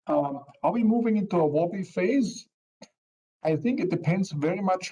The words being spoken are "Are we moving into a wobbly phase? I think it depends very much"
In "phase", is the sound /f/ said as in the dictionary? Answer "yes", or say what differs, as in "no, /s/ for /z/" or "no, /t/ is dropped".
yes